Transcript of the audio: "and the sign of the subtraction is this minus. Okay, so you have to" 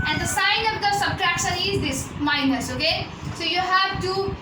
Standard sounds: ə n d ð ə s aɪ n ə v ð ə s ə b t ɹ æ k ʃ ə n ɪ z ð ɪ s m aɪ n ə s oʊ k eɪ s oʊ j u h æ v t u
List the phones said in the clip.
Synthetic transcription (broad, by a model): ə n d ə s aɪ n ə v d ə s ə b t ɹ æ k ʃ ə n ɪ z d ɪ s m aɪ n ə s oʊ k eɪ s oʊ j u h æ v t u